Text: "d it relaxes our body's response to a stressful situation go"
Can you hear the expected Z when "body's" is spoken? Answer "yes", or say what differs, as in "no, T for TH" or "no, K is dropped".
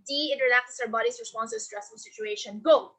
no, S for Z